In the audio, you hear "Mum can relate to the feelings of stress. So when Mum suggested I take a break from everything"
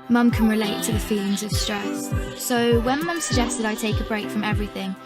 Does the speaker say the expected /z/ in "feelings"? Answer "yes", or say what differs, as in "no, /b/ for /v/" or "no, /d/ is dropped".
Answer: yes